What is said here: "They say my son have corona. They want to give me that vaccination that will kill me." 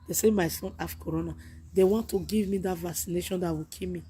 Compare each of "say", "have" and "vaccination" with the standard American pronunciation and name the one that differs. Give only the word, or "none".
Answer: have